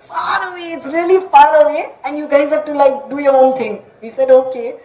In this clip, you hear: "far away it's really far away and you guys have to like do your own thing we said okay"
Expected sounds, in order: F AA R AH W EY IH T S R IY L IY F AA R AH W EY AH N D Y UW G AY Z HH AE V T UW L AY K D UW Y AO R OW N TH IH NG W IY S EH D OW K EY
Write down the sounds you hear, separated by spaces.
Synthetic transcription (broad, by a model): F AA R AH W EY IH T S R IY L IY F AA R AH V EY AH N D Y UW G AY Z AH P T UW L AY K D UW Y AO R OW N T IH NG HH IY S EH D OW K EY